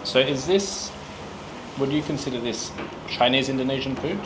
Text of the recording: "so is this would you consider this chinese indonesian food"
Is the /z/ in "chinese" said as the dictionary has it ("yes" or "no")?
yes